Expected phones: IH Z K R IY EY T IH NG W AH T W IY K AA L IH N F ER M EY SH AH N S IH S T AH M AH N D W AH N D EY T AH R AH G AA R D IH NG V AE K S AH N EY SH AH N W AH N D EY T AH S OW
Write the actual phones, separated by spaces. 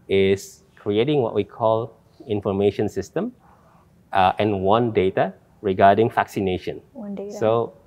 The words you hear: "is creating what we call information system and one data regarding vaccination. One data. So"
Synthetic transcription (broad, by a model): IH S K R IY EY T IH NG W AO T W IY K AA L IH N F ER M EY SH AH N S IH S T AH M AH N W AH N D EY T AH R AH G AA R D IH NG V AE K S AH N EY SH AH N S S OW